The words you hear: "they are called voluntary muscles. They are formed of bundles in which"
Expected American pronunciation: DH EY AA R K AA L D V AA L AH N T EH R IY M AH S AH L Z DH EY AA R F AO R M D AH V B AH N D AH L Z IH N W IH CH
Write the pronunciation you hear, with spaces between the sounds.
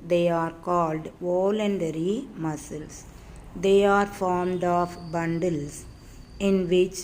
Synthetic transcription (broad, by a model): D EY AA R K AA L D V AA L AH N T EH R IY M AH S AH L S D EY AA R F AO R M D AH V B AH N D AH L S IH N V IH CH